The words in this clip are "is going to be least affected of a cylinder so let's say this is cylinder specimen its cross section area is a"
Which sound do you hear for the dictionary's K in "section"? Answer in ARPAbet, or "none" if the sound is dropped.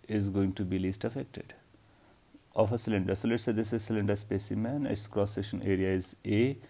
none